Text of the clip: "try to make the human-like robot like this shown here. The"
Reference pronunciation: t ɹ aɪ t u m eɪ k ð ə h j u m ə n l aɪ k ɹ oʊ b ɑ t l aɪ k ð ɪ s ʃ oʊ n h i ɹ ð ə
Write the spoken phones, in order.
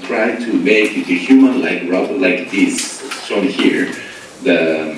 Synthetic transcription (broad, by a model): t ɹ aɪ t u m eɪ k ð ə h j u m ə n l aɪ k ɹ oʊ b l aɪ k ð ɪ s s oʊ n h i ɹ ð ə